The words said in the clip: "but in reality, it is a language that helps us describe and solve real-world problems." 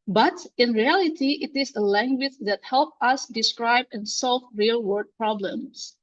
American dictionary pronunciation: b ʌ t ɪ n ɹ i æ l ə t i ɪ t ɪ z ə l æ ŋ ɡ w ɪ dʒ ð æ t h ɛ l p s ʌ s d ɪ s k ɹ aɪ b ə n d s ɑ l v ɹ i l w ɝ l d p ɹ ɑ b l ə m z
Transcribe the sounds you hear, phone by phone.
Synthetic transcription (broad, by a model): b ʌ t ɪ n ɹ i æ l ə t i ɪ t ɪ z ə l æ ŋ ɡ w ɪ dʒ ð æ t h ɛ l p ʌ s d ɪ s k ɹ aɪ b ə n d s ɑ l v ɹ i l w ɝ d p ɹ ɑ b l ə m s